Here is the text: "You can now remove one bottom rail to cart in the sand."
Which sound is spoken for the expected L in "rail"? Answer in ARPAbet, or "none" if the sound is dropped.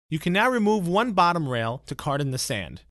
L